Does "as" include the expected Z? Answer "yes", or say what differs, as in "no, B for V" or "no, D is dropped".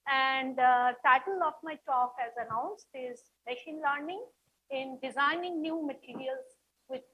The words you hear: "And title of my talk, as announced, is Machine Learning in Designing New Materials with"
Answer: yes